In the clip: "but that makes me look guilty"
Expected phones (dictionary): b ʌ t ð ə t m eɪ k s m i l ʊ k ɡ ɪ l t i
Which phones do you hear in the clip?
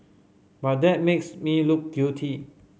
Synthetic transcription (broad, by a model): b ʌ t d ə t m eɪ k s m i l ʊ k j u t i